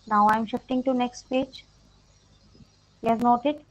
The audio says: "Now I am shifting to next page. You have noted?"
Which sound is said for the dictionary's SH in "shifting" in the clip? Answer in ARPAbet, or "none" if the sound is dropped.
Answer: SH